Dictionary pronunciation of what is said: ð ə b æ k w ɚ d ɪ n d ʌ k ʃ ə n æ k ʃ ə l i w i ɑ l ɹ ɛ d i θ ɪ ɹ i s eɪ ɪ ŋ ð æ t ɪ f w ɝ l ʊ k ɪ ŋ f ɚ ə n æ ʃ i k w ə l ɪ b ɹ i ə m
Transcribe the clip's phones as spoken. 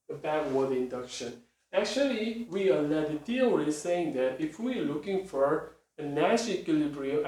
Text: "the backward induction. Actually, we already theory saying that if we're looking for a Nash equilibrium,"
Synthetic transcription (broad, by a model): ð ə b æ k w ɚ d ɪ n d ʌ k ʃ ə n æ k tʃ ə l i w i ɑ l ɛ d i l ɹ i s eɪ ɪ ŋ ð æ t ɪ f w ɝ l ʊ k ɪ ŋ f ɚ ə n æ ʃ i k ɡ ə l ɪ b ɹ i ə